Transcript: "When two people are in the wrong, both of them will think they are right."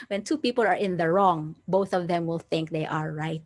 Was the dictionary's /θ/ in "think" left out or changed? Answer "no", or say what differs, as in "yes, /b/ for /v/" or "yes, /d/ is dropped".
no